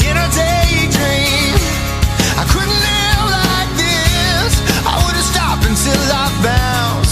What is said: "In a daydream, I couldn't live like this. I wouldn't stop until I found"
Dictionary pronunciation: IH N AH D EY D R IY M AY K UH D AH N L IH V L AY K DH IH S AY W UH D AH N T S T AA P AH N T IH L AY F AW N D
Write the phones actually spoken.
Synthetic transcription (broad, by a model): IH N AH D EY D R IY M AY K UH D N L IH V L AY K DH IH S AY W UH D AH S T AA P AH N S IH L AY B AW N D